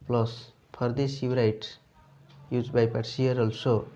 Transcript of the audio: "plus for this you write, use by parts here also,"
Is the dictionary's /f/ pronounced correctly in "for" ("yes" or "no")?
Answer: no